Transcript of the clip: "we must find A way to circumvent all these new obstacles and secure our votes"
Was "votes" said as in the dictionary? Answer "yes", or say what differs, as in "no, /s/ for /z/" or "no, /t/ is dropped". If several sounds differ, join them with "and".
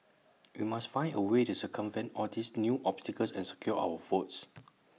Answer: no, /f/ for /v/